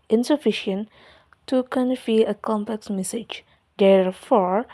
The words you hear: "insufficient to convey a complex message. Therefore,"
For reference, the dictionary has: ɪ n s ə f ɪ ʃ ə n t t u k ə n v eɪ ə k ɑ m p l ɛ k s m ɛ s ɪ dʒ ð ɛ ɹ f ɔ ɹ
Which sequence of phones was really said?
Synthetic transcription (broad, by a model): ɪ n s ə f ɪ ʃ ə n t t u k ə n f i ə k ɑ m p l ɛ k s m ɛ s ɪ dʒ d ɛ ɹ f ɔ ɹ